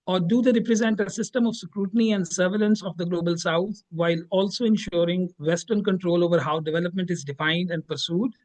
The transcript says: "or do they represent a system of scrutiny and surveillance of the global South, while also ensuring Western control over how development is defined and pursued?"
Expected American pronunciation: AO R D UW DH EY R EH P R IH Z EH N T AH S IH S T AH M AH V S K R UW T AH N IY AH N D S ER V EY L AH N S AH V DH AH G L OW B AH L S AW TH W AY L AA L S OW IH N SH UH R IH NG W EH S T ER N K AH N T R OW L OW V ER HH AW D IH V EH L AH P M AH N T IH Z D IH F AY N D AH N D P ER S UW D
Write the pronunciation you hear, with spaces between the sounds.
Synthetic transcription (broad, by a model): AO R D UW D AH R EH P R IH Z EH N T AH S IH S T AH M AH V S K R UW T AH N IY AH N D S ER V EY L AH N S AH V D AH G L OW B AH L S AW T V AY L AA L S OW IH N SH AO R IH NG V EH S T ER N K AH N T R OW L OW V ER HH AW D IH V EH L AH P M AH N T IH Z D IH F AY N D AH N D P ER S UW D